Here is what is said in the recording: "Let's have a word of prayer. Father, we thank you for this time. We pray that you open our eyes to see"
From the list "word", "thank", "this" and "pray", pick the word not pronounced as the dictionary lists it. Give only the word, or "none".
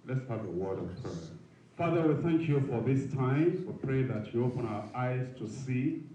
none